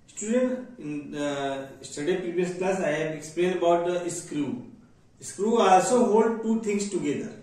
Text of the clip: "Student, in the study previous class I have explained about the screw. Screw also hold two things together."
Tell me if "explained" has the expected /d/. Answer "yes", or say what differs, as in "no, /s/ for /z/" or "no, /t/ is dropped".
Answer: no, /d/ is dropped